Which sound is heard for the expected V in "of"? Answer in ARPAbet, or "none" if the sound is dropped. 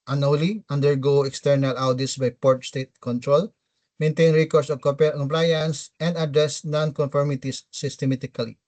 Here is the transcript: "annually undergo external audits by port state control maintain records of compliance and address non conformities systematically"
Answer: P